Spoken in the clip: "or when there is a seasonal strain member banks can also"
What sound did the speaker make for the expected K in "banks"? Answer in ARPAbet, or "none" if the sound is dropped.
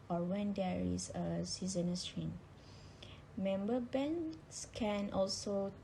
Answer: none